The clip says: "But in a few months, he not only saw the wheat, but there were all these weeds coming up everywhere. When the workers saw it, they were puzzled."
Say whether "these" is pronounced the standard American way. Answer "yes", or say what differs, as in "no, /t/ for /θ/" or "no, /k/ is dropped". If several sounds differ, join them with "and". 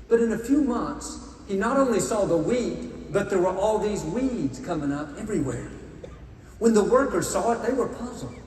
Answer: yes